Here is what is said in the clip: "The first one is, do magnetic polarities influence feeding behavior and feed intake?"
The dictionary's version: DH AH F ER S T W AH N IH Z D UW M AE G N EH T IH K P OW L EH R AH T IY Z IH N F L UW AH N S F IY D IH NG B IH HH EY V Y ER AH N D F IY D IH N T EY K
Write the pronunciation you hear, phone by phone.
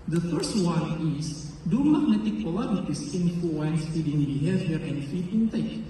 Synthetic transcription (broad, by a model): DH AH F ER S T W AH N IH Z D UW M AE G N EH T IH K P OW L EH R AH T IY S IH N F UW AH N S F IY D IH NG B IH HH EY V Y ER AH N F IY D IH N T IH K